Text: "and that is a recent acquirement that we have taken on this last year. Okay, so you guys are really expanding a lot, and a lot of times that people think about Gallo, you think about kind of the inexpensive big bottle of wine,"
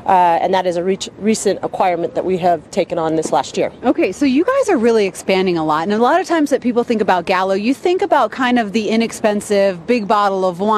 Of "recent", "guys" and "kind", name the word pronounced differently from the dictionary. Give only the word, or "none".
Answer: none